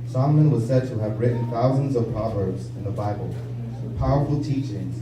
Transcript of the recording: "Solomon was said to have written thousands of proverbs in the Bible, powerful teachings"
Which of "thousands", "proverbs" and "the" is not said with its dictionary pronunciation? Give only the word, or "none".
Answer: none